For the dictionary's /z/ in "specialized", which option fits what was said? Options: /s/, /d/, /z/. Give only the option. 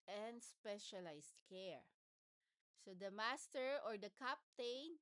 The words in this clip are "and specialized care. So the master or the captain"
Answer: /s/